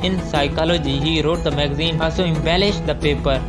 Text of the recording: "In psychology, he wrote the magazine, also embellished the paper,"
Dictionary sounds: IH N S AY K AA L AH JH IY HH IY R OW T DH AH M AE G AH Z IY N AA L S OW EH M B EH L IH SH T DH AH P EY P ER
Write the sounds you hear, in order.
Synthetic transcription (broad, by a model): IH N S AY K AA L AH JH IY HH IY R OW T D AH M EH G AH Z IY N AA S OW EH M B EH L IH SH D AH P EY P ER